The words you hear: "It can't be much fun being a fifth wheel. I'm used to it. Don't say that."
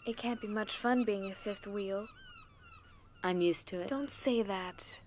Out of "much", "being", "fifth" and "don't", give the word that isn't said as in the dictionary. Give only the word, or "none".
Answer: none